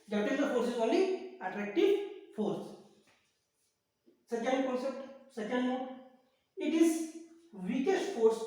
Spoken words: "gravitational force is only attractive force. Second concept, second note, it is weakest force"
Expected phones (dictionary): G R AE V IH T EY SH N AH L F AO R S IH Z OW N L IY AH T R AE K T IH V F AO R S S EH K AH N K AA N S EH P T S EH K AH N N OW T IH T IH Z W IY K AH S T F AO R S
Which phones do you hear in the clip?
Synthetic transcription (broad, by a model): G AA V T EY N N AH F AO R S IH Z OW L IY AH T R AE K T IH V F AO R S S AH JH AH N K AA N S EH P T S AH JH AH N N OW IH T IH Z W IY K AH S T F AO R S